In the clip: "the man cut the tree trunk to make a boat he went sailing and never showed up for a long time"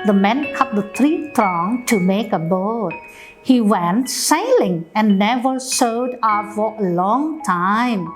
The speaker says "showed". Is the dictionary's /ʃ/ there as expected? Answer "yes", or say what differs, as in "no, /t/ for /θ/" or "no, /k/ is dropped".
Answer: no, /s/ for /ʃ/